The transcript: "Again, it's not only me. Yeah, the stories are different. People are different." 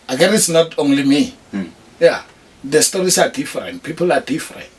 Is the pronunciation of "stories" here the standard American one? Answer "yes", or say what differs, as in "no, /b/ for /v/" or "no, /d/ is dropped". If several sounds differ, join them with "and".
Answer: no, /s/ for /z/